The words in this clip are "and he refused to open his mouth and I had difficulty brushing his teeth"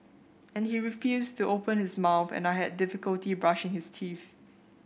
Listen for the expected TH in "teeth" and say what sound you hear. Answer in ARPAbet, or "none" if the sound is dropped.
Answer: TH